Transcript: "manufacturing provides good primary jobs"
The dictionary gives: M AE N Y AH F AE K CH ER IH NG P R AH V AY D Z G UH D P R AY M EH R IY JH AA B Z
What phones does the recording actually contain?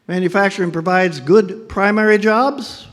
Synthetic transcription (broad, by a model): M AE N Y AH F AE K CH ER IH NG P R AH V AY D Z G UH D P R AY M EH R IY JH AA B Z